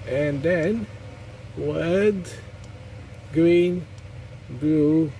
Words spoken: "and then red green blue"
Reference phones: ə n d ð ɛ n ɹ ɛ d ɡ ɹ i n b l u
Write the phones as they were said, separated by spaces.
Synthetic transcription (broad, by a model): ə n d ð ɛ n w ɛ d ɡ ɹ i n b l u